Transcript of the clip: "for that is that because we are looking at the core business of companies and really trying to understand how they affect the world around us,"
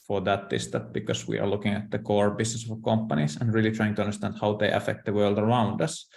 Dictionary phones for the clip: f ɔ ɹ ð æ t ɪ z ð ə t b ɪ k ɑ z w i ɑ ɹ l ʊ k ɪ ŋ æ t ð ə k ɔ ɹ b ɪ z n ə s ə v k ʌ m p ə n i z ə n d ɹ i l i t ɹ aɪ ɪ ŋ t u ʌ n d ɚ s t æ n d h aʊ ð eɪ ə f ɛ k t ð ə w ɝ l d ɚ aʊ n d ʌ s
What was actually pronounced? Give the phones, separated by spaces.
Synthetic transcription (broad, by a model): f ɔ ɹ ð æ t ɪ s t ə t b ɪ k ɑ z w i ɑ ɹ l ʊ k ɪ ŋ æ t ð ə k ɔ ɹ b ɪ s n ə s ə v k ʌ m p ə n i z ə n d ɹ i l i t ɹ aɪ ɪ ŋ t u ʌ n d ɚ s t æ n d h aʊ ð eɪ ə f ɛ k t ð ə w ɝ l d ɚ aʊ n d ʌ s